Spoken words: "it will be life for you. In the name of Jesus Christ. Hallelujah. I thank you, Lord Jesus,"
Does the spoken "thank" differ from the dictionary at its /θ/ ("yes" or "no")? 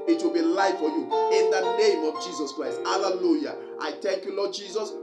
yes